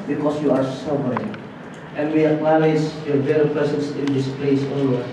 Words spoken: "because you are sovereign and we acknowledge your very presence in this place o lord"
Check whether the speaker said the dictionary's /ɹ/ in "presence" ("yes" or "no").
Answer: no